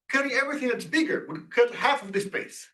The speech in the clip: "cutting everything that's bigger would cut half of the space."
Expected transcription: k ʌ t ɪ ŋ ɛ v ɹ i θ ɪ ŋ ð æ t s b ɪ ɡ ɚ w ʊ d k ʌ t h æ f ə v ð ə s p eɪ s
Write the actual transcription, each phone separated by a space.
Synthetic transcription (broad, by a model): k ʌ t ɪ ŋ ɛ v ɹ i θ ɪ ŋ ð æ t s b ɪ ɡ ɚ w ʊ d k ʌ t h æ f ə v ð ə s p eɪ s